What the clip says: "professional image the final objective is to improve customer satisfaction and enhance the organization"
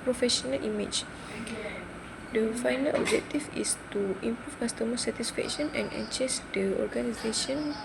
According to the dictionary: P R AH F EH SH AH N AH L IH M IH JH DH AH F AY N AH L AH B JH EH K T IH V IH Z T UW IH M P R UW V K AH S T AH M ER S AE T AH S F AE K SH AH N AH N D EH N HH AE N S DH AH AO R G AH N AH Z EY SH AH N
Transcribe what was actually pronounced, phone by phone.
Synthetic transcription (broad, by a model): P R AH F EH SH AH N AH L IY M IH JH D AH F AY N AH L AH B JH EH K T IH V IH S T UW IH M P R UW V K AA S T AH M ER S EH T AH S F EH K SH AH N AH N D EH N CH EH S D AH AO R G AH N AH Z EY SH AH N